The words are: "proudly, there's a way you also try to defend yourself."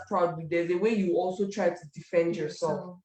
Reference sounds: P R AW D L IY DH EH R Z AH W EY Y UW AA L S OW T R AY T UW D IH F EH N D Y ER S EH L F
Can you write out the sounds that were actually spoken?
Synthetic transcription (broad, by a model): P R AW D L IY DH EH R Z AH W EY Y UW AA L S OW T R AY T UW D IH F EH N D Y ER S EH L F